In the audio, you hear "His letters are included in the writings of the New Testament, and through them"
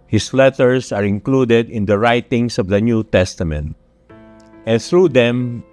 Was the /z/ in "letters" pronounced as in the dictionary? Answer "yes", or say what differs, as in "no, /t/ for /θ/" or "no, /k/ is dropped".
no, /s/ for /z/